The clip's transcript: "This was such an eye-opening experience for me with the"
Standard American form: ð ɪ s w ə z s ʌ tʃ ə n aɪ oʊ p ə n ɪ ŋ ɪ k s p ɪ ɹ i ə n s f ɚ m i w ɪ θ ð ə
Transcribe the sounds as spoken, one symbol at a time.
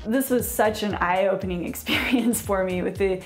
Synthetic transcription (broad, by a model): ð ɪ s w ə z s ʌ tʃ ə n aɪ oʊ p ə n ɪ ŋ ɪ k s p ɪ ɹ i ə n s f ɚ m i w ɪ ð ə